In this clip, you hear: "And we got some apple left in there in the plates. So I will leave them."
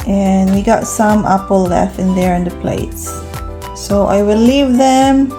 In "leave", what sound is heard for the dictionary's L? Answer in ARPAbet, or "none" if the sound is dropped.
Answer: L